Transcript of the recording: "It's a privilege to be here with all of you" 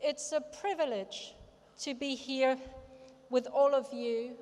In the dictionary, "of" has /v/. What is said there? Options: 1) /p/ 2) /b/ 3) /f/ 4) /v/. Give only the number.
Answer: 4